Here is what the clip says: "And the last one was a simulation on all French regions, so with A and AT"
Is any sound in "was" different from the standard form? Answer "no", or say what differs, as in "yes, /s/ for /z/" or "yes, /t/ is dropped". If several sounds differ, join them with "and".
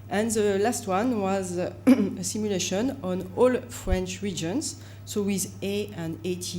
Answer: no